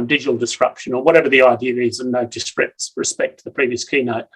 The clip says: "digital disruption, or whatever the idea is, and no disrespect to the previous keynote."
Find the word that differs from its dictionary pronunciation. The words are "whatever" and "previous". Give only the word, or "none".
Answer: none